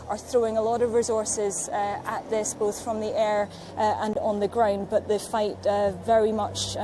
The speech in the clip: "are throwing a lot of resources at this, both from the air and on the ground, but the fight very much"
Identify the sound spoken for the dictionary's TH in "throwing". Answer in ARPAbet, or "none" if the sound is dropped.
TH